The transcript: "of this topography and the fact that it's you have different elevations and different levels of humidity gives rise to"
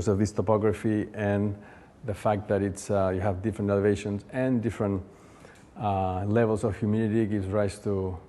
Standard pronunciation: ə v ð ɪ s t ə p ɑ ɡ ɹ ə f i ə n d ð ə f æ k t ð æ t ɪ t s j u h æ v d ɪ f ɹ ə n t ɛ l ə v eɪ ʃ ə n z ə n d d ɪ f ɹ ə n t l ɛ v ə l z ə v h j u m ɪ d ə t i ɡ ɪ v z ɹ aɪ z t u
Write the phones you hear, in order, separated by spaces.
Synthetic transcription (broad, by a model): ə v ð ɪ s t ə p ɑ ɡ ɹ ə f i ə n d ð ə f æ k t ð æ t ɪ t s j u h æ v d ɪ f ɹ ə n t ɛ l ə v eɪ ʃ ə n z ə n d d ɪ f ɹ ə n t l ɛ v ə l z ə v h j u m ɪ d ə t i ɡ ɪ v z ɹ aɪ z t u